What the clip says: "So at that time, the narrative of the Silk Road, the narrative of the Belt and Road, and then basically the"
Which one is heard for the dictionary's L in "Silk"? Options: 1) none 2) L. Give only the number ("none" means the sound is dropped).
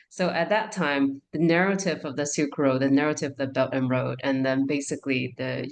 1